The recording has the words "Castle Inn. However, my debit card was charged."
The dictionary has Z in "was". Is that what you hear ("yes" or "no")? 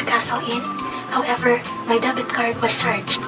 no